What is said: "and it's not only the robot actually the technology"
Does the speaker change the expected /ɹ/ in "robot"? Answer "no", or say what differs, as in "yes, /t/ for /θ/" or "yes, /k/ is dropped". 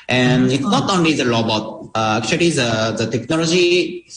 yes, /l/ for /ɹ/